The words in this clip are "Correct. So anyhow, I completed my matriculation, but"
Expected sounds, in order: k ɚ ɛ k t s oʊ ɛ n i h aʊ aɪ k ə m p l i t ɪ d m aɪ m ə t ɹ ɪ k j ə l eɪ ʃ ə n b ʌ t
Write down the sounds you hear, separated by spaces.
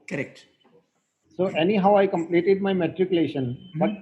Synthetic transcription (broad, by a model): k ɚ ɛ k t s oʊ ɛ n i h aʊ aɪ k ə m p l i t ɪ d m aɪ m ə t ɹ ɪ k j ə l eɪ ʃ ə n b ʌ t